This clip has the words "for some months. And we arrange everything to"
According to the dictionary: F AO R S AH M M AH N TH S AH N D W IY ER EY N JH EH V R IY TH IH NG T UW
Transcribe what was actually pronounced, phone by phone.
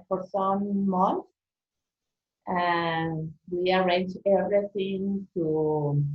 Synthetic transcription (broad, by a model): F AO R S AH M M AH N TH AH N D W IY ER EY N JH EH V R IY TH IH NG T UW